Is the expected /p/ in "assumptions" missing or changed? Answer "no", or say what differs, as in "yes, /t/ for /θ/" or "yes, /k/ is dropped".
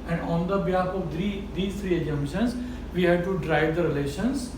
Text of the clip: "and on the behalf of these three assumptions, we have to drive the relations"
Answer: yes, /p/ is dropped